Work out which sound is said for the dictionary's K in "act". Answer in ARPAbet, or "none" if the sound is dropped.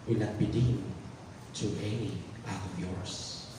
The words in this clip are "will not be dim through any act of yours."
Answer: none